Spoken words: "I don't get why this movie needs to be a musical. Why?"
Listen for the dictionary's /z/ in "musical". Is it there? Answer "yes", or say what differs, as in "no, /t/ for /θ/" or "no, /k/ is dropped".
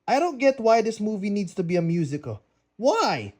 yes